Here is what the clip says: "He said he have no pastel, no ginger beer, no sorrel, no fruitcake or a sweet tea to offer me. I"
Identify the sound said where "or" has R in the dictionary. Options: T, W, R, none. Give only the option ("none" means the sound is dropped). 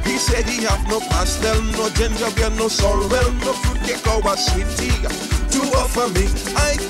W